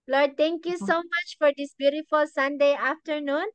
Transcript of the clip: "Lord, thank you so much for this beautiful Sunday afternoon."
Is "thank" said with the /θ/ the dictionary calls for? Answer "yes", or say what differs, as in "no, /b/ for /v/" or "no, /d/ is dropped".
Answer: no, /t/ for /θ/